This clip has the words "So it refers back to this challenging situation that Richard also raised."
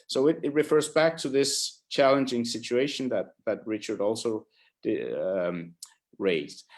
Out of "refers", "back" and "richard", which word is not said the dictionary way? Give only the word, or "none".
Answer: none